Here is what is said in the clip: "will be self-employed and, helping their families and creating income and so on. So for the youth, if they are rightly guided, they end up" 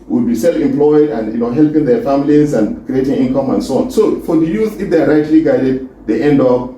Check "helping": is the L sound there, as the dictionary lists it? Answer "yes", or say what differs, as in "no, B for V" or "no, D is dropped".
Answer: yes